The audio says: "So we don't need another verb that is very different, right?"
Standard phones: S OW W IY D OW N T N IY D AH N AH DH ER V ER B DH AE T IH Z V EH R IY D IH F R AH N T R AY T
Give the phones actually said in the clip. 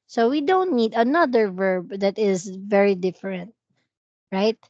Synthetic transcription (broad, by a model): S OW W IY D OW N T N IY D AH N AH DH ER V ER B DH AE T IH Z V EH R IY D IH F R AH N T R AY T